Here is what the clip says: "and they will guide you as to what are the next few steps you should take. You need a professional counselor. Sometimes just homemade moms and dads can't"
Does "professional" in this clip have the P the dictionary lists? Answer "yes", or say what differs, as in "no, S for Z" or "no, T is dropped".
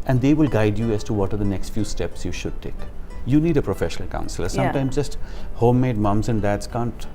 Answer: yes